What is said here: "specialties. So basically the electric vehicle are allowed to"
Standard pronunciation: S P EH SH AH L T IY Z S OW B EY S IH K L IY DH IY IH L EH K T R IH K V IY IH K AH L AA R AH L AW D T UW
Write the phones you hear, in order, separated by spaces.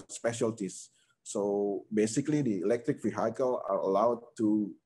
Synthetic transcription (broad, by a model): S P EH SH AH L T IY S OW B EY S IH K L IY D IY IH L EH K T R IH K F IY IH K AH L AA R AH L AW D T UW